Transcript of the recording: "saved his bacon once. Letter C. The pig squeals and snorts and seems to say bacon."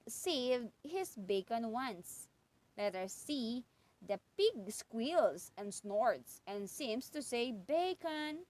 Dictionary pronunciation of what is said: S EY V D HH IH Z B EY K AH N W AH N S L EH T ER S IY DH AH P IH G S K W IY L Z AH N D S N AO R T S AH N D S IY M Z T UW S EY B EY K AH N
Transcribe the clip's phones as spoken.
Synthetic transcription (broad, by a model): S EY V D HH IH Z B EY K AH N W AH N S L EH T ER S IY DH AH P IH G S K W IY L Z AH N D S N AO R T S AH N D S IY M S T UW S EY B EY K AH N